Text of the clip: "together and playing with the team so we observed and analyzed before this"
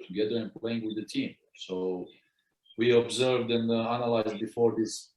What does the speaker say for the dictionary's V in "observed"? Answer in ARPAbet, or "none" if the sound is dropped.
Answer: V